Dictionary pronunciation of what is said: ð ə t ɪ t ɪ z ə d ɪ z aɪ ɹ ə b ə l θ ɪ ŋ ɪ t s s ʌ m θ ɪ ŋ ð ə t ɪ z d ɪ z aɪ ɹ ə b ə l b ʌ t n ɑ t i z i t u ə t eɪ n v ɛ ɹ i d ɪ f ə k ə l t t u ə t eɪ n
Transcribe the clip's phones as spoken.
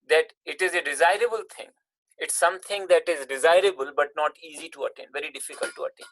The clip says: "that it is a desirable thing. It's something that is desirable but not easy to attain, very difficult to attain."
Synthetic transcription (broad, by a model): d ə t ɪ t ɪ z ə d ɪ z aɪ ɹ ə b ə l t ɪ ŋ ɪ t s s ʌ m t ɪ ŋ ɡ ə t ɪ z d ɪ z aɪ ɹ ə b ə l b ʌ t n ɑ t i z i t u ə t eɪ n v ɛ ɹ i d ɪ f ə k ə l t t u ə t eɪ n